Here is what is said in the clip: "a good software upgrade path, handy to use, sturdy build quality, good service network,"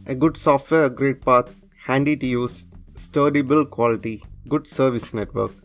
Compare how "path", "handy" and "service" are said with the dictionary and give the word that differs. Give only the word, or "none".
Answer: path